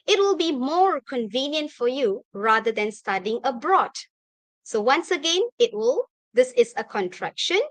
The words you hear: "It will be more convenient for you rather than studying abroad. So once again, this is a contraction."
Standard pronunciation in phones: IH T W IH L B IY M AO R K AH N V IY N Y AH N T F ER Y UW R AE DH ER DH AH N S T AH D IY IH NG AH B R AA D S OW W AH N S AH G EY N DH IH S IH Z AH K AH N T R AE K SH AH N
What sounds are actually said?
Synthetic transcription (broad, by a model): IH T W IH L B IY M AO R K AH N V IY N Y AH N T F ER Y UW R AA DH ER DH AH N S T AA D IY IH NG AH B R AA D S OW W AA N S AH G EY N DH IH S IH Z AH K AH N T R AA K SH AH N